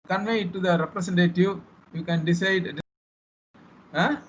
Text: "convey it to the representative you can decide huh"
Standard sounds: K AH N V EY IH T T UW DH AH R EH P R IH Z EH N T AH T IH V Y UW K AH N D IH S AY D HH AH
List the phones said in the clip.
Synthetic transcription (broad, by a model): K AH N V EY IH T T UW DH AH R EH P R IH S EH N T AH T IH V Y UW K AH N D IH S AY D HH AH